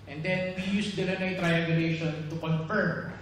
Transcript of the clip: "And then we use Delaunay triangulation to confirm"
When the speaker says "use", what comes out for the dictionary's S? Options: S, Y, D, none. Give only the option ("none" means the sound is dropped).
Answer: S